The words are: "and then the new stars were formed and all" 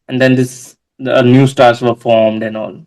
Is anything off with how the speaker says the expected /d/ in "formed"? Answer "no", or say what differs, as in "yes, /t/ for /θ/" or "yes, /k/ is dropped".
no